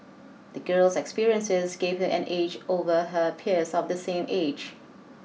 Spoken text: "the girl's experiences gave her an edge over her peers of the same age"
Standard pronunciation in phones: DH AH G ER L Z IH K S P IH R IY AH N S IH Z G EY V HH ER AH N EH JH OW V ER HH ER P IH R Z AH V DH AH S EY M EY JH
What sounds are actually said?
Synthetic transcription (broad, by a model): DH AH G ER L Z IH K S P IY R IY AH N S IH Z G EY V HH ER AH N EH JH OW V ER HH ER P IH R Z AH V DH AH S EY M EY JH